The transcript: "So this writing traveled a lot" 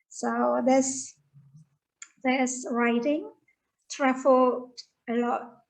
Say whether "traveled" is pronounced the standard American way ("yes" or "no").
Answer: no